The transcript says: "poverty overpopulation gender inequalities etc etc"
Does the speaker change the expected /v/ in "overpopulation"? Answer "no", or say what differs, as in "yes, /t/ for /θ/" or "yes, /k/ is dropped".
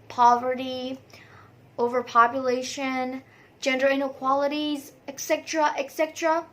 no